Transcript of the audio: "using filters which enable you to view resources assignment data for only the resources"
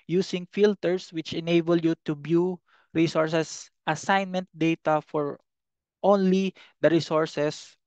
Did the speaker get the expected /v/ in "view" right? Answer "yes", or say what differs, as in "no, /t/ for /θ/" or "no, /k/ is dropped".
no, /b/ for /v/